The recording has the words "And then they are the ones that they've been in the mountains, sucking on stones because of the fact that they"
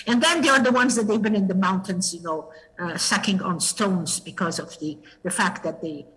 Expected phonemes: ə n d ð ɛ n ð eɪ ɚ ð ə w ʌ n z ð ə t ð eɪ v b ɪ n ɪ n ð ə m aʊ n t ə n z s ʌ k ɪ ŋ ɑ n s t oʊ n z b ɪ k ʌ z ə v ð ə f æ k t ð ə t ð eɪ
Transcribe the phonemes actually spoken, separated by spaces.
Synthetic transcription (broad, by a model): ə n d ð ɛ n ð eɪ ɚ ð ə w ʌ n z ð ə t ð eɪ v b ɪ n ɪ n ð ə m aʊ n t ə n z s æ k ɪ ŋ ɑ n s t oʊ n z b ɪ k ʌ z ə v ð ə f æ k t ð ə t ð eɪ